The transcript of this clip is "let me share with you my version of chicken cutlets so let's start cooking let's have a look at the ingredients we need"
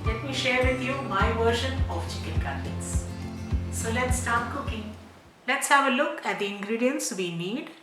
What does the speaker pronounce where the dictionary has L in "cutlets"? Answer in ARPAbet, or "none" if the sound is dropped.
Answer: none